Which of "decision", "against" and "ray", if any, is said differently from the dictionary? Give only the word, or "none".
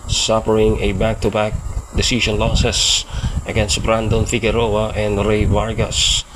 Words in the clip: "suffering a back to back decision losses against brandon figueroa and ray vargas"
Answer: decision